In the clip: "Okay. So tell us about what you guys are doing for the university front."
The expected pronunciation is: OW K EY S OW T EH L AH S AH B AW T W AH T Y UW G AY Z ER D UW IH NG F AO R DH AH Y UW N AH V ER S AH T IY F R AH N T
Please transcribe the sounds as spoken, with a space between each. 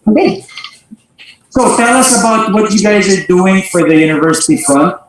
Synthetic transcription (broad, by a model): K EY S OW T EH L AH S AH B AW T W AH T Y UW G AY Z ER D UW IH NG F AO R DH AH Y UW N AH V ER S AH T IY F R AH N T